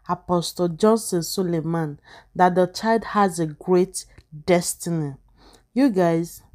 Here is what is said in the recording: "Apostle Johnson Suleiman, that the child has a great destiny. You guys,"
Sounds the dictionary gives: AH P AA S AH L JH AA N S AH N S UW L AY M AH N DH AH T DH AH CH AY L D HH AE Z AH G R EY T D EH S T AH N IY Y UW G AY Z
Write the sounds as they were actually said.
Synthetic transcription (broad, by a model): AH P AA S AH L JH AA N S AH N S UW L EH M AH N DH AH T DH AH CH AY L D HH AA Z AH G R EY T D EH S T AH N IY Y UW G AY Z